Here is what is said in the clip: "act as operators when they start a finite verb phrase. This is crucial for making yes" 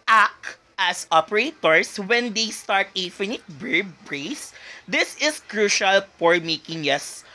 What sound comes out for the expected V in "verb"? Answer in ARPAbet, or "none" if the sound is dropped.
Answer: B